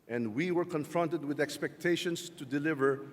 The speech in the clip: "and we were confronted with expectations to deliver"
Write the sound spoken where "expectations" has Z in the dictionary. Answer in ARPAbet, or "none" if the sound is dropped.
S